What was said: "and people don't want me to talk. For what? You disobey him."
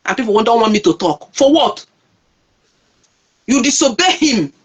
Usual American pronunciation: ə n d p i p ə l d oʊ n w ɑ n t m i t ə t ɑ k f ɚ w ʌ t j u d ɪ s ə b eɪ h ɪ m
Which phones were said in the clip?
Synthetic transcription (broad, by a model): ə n p i p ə n d oʊ n w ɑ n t m i t ə t ɑ k f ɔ w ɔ t j u d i s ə b eɪ h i m